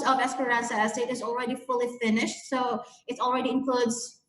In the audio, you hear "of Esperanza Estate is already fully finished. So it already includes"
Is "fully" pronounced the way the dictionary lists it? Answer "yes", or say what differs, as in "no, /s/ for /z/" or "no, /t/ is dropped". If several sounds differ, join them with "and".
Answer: yes